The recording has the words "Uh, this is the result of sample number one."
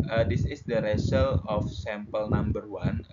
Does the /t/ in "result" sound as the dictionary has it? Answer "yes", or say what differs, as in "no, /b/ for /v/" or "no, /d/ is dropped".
no, /t/ is dropped